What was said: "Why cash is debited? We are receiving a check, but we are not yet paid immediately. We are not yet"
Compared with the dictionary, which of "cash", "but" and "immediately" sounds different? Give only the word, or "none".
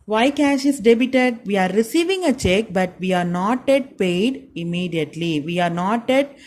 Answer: none